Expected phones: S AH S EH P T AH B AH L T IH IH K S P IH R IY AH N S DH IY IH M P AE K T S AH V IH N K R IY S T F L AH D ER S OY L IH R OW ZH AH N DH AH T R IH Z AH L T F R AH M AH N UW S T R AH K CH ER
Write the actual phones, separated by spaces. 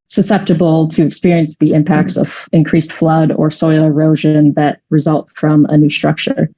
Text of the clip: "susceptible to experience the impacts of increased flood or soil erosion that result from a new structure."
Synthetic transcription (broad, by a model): S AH S EH P T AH B L T IH IH K S P IH R IY AH N S DH IY IH M P AE K T S AH V IH N K R IY S T F L AH D ER S OY L IH R OW ZH AH N DH AH T R IH Z AH L T F R AH M AH N UW S T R AH K CH ER